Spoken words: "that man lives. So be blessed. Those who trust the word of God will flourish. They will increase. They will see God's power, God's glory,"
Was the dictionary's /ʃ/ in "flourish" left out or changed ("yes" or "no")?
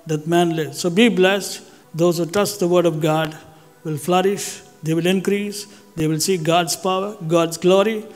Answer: no